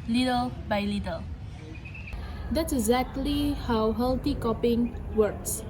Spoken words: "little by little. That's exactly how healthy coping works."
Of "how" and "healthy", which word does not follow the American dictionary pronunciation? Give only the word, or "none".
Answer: healthy